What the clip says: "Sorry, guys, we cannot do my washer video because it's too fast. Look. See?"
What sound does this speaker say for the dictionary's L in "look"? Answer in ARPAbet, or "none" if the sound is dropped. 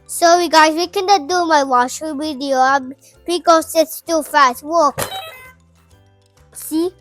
W